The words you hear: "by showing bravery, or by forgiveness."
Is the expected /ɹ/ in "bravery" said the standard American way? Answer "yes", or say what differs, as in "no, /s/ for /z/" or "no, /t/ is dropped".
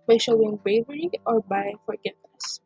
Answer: no, /ɹ/ is dropped